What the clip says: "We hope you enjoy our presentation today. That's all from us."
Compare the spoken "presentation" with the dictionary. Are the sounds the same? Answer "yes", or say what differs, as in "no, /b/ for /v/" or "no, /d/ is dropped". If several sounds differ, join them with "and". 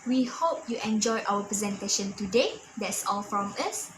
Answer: yes